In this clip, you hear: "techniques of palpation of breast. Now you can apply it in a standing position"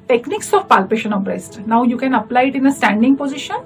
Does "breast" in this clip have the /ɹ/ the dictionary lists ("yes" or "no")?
yes